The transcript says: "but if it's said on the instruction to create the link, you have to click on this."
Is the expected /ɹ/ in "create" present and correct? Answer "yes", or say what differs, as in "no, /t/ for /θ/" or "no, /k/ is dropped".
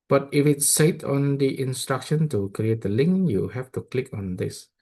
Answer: yes